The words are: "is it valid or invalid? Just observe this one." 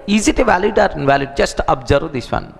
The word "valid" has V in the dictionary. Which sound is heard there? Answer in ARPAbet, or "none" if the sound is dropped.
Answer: V